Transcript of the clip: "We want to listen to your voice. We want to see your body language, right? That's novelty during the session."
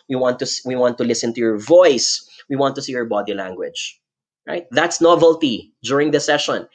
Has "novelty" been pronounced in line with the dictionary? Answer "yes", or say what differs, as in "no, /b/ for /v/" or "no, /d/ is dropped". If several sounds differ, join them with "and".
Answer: yes